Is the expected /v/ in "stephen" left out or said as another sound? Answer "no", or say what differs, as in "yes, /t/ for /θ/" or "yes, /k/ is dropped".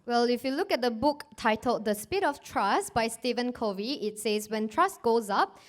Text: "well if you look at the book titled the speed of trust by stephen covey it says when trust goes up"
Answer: no